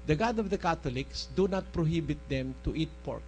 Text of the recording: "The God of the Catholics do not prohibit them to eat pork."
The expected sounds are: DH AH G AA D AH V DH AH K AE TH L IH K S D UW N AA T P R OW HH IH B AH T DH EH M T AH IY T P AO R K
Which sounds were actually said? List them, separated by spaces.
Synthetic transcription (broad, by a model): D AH G AA D AH V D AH K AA T L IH K S D UW N AA T P R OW HH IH B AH T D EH M T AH IY T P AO R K